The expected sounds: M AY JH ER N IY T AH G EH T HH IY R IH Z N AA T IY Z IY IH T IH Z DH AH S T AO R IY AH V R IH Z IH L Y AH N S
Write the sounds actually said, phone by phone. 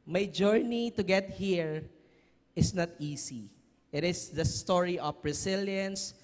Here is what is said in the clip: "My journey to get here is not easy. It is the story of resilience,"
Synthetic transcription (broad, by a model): M AY JH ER N IY T AH G EH T HH IY R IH S N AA T IY S IY IH T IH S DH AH S T AO R IY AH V R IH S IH L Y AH N S